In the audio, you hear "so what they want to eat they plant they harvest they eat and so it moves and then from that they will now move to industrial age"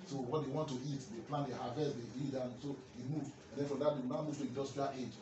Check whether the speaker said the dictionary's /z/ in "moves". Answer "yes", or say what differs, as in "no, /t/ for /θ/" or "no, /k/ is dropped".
no, /z/ is dropped